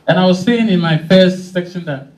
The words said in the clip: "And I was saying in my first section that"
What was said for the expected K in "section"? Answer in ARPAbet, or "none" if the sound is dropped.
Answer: K